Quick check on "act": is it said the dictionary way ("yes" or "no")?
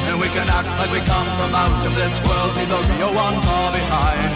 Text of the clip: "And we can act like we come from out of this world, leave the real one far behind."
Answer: yes